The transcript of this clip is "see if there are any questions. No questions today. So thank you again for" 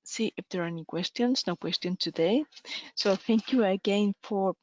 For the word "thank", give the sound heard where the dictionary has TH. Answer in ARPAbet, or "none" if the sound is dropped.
TH